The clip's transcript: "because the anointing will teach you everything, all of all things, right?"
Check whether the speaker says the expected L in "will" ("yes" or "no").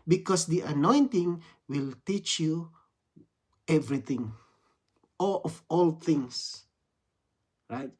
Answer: yes